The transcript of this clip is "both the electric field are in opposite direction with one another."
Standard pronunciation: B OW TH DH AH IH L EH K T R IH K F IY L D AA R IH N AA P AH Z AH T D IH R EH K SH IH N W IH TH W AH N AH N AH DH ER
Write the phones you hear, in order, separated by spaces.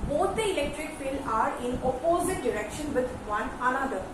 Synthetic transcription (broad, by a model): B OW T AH IH L EH K T R IH K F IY L AA R IH N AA P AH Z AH T D IH R EH K SH IH N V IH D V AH N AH N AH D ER